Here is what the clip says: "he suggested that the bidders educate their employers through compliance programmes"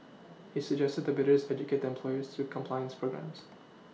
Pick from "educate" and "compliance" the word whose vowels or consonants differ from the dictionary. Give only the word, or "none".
none